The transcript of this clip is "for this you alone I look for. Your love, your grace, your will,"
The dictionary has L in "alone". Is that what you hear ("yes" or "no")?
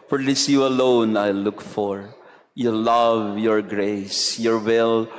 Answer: yes